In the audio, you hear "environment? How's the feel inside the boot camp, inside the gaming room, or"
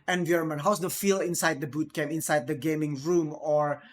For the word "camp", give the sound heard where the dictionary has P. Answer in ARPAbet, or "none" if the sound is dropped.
none